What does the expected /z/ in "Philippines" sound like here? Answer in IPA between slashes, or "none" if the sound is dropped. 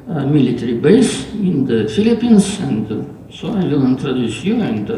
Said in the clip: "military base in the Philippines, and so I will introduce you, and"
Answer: /s/